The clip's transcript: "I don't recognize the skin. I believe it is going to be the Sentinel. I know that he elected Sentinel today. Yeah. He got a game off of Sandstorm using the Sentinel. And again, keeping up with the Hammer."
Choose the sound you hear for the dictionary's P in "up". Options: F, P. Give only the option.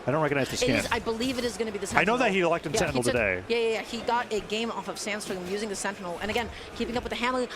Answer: P